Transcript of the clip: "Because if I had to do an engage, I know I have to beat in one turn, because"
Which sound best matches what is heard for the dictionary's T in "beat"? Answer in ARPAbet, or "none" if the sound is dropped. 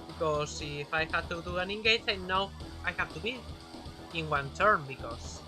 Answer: none